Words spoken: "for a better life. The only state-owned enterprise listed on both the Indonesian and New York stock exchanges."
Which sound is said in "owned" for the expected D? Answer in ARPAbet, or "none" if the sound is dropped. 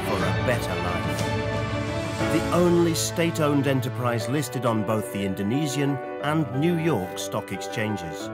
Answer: D